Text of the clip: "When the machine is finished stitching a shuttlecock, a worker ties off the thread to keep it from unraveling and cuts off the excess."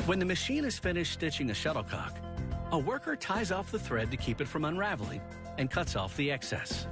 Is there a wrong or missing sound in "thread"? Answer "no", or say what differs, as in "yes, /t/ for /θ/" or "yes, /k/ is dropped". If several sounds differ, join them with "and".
no